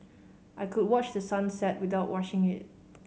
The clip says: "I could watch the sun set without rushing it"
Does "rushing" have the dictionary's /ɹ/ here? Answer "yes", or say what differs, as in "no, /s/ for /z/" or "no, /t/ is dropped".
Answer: no, /w/ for /ɹ/